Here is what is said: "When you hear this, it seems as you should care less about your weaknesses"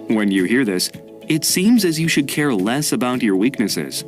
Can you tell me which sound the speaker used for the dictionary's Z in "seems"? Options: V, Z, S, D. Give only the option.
Z